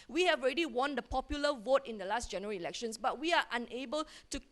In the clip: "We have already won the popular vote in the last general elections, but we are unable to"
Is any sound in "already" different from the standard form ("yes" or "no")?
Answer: no